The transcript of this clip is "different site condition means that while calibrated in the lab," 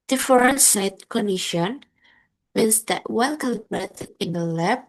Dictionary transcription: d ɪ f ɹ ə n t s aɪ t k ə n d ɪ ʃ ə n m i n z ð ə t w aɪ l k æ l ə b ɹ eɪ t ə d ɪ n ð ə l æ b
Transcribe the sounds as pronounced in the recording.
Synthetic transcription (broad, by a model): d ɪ f ɹ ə n s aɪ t k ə n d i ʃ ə n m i n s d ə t w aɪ n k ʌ l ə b ɹ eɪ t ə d ɪ n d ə l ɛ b